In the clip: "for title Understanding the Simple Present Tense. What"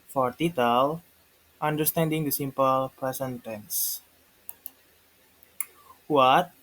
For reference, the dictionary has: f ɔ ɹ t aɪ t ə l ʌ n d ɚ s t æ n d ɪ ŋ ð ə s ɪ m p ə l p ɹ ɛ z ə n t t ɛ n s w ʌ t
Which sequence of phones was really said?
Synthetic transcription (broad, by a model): f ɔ ɹ t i t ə l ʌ n d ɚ s t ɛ n d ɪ ŋ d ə s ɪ m p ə l p ɹ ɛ s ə n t t ɛ n s w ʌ t